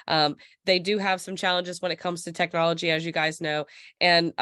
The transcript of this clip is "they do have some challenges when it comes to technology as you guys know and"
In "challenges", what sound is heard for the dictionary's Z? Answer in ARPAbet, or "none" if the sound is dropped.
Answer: Z